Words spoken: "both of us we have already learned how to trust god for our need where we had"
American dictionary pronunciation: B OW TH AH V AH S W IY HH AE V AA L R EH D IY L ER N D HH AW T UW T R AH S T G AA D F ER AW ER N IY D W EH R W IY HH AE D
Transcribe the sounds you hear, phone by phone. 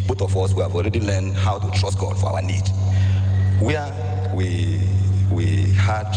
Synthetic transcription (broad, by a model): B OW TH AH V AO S W IY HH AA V AA L R EH D IY L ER N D HH AW T UW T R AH S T G AA D F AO AW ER N IY D W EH W W IY HH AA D